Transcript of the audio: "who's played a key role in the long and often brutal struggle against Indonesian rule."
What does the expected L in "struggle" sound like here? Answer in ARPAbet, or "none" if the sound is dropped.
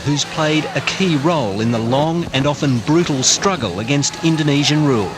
L